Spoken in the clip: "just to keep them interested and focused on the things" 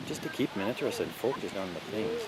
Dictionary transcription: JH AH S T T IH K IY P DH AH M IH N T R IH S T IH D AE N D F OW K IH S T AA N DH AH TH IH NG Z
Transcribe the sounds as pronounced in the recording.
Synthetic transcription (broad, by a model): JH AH S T T IH K IY P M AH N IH T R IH S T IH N F OW K IH S T N DH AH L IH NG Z